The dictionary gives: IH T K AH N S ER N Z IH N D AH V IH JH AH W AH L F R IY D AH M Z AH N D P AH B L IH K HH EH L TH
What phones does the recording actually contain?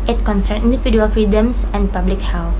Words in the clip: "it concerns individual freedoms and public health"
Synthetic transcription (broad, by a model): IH T K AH N S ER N IH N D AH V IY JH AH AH L F R IY D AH M S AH N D P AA B L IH K HH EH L